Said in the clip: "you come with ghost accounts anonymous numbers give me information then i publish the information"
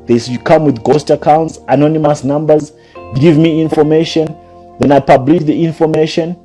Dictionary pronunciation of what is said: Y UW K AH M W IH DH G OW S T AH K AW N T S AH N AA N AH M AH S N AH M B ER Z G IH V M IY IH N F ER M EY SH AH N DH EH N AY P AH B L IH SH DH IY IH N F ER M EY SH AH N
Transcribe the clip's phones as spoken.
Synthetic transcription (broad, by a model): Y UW K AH M W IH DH G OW S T AH K AW N T S AH N AA N AH M AH S N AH M B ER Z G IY V M IY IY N F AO M EY SH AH N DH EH N AY P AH B L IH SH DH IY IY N F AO M EY SH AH N